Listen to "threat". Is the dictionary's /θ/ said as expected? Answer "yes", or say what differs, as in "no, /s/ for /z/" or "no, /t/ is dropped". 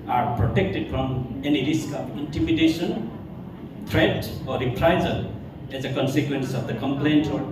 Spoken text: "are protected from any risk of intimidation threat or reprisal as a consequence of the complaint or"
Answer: no, /t/ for /θ/